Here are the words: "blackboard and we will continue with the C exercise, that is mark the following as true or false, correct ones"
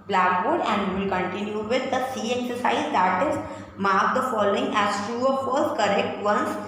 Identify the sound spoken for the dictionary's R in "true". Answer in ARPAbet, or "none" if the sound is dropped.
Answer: none